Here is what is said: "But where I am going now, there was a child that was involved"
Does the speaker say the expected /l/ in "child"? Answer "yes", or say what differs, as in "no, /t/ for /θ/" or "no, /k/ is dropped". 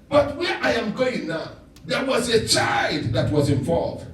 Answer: yes